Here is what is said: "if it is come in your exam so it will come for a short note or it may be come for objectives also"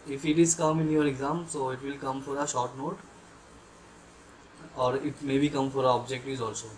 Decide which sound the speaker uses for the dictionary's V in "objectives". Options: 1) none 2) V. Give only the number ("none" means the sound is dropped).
1